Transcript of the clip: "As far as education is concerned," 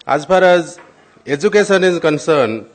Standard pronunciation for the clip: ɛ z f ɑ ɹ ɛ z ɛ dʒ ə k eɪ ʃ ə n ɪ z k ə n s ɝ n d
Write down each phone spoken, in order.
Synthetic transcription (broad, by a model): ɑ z p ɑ ɹ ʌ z ɛ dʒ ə k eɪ s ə n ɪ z k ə n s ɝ n